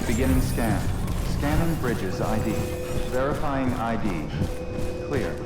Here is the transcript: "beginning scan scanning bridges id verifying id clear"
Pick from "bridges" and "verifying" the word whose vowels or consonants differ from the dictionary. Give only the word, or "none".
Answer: none